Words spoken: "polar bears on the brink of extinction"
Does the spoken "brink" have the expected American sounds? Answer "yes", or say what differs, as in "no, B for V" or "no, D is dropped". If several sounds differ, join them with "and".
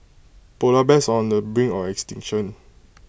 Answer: no, K is dropped